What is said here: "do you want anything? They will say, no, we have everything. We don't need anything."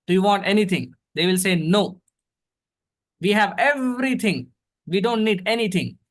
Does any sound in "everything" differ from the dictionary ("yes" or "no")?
yes